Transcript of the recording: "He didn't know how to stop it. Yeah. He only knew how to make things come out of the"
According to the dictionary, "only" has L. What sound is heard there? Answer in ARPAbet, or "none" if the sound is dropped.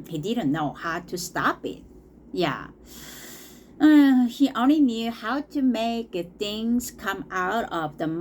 L